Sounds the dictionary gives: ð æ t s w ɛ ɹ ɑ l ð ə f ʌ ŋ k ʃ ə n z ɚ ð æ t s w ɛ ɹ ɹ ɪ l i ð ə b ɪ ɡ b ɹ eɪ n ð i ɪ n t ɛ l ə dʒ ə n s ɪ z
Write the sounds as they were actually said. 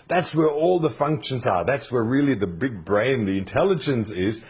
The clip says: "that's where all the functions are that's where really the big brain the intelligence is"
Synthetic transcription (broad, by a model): ð æ t s w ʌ ɹ ɑ l ð ə f ʌ ŋ k ʃ ə n z ɚ ð æ t s w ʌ ɹ ɹ ɪ l i ð ə b ɪ ɡ b ɹ eɪ n ð i ɪ n t ɛ l ə dʒ ə n s ɪ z